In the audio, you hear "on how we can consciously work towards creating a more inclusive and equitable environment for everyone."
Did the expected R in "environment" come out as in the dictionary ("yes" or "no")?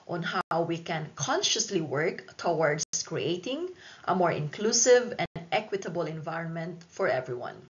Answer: yes